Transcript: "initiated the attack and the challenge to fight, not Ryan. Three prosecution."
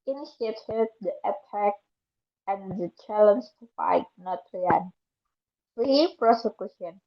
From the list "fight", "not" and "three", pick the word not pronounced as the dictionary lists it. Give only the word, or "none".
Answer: three